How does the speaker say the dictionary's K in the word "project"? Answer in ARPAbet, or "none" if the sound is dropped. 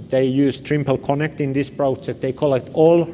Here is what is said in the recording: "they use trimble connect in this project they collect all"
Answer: none